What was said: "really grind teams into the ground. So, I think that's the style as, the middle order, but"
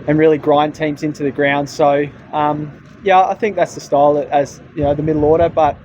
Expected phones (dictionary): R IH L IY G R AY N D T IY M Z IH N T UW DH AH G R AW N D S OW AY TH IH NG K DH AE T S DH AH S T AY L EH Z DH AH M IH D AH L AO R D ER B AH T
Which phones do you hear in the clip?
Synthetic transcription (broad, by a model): R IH L IY G R AY N T IY M Z IH N T UW DH AH G R AW N D S OW AY TH IH NG K DH AE T S DH AH S T AY L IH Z DH AH M IH D L AO R D ER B AH T